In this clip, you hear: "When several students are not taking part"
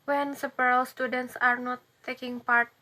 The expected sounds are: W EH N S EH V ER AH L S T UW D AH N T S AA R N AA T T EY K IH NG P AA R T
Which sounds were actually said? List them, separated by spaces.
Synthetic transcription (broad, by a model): W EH N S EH P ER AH L S T UW D AH N T S AA R N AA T T EY K IH NG P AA R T